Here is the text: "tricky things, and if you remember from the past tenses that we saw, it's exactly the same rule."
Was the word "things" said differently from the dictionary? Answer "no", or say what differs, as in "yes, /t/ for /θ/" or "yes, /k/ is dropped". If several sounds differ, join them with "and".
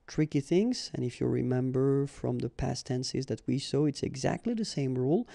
no